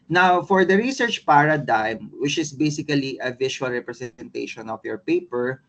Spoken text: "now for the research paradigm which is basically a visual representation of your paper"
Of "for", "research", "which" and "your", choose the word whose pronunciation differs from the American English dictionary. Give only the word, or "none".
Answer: none